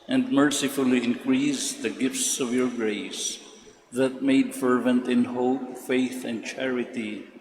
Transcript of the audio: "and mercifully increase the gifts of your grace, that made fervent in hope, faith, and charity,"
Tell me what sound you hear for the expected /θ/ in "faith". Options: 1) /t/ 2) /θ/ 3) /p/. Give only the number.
2